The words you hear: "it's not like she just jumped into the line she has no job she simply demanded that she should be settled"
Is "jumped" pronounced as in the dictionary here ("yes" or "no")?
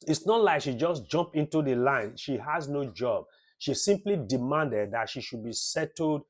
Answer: no